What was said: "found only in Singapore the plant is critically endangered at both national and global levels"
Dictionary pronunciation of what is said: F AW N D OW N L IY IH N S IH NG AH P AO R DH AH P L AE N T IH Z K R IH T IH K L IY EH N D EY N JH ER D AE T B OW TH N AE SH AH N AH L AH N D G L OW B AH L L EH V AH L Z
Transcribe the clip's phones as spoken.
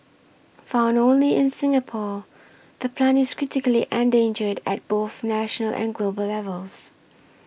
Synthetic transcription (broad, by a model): F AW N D OW N L IY IH N S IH NG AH P AO DH AH P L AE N IH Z K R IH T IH K L IY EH N D EY N JH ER D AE T B OW TH N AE SH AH N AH L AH N G L OW B AH L L EH V AH L Z